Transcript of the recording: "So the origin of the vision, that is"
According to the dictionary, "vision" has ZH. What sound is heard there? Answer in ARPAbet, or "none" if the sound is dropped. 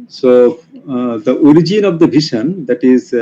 SH